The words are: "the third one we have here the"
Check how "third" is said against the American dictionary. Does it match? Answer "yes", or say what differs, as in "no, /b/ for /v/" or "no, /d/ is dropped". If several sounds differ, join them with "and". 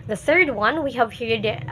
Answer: yes